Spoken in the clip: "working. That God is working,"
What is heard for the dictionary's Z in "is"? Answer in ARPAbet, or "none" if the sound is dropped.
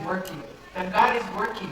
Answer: Z